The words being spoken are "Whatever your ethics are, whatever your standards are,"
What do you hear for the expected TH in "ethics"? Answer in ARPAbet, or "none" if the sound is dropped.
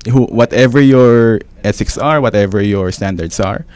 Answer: S